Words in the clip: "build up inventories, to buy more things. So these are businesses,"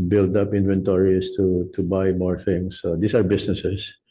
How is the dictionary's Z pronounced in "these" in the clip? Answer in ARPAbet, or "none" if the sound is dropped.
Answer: S